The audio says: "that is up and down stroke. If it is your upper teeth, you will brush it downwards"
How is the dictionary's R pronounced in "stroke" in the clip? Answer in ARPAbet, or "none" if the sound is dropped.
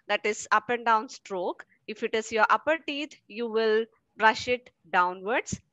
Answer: R